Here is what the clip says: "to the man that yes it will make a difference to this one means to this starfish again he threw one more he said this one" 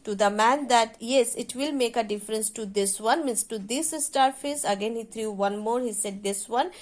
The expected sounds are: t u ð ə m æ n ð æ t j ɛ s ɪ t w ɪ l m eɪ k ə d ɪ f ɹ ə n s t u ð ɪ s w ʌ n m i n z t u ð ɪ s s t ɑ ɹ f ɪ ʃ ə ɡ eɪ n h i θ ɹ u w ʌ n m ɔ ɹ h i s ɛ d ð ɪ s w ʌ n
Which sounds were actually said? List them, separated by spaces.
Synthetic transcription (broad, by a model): t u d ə m æ n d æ t j ɛ s ɪ t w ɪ l m eɪ k ə d ɪ f ɹ ə n s t u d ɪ s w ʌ n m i n s t u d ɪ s s t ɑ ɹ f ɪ s ə ɡ eɪ n h i t ɹ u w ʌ n m ɔ ɹ h i s ɛ d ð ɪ s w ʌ n